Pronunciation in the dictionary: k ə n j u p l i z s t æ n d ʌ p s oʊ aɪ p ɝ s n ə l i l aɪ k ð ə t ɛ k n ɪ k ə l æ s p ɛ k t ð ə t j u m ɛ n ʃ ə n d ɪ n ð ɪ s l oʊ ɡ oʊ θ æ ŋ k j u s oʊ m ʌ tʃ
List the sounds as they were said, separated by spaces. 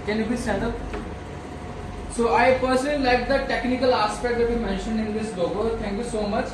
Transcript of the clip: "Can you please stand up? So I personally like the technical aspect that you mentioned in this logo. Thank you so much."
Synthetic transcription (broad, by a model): k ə n j u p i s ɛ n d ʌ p s oʊ aɪ p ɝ s ə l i l aɪ k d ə t ɛ k n ɪ k ə l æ s p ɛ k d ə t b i m ɛ n ʃ ə n d ɪ n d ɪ s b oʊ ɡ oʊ t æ ŋ k j u s oʊ m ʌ tʃ